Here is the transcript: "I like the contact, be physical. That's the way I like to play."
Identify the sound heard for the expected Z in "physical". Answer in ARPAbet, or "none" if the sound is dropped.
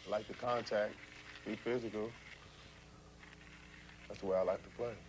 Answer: Z